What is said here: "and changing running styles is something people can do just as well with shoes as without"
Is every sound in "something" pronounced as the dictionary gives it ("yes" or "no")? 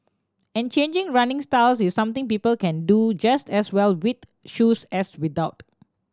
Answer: no